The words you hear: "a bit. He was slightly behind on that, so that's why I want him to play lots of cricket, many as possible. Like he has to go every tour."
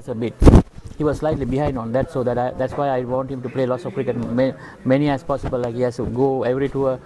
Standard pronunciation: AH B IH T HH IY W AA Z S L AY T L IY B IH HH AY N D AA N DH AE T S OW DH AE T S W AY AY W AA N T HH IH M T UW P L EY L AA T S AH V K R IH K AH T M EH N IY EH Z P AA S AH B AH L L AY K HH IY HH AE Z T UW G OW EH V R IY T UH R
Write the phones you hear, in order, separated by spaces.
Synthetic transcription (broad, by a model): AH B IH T HH IY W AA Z S L AY T L IY B IH HH AY N D AA N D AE T S OW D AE T S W AY AY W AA N T HH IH M T UW P L EY L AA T S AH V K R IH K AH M M EH N IY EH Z P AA S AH B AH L L AY K HH IY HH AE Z T UW G OW EH V R IY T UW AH